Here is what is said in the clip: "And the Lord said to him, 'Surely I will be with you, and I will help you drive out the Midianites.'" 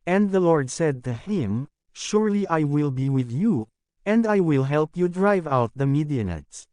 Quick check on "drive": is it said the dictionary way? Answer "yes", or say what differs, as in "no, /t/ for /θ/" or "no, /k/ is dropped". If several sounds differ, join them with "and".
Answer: yes